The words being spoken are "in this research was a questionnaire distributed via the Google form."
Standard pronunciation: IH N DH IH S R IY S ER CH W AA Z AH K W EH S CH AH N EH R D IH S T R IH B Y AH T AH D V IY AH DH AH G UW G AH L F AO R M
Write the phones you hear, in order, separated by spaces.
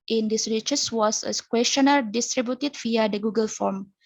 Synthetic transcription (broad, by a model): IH N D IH S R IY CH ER S W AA S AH K W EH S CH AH N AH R D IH S T R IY B Y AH T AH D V IY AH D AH G UW G AH L F AO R M